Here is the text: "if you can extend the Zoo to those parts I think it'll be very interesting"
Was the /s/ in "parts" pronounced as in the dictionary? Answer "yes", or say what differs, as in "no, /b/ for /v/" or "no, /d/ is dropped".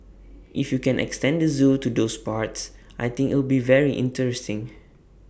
yes